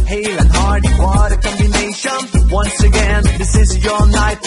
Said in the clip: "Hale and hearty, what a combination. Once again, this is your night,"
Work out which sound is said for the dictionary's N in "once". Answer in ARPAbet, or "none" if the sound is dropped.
N